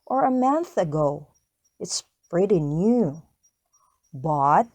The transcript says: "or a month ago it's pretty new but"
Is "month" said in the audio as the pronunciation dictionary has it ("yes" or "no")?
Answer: yes